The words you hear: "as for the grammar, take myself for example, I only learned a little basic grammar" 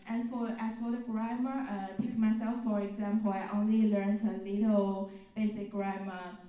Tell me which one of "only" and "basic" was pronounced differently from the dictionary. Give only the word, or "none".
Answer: none